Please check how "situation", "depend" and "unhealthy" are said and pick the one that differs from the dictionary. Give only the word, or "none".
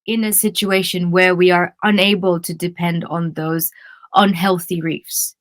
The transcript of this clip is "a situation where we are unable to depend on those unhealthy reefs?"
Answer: none